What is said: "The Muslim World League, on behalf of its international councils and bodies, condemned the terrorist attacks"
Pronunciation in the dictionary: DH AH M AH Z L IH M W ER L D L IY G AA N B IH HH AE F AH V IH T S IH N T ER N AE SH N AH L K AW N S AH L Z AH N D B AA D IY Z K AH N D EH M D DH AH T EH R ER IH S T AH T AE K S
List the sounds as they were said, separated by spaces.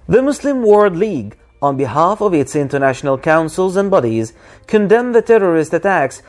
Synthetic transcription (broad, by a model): DH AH M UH S L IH M W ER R D L IY G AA N B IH HH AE F AH V IH T S IH N T ER N AE SH N AH L K AW N S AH L Z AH N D B AA D IY Z K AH N D EH M DH AH T EH R ER IH S T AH T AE K S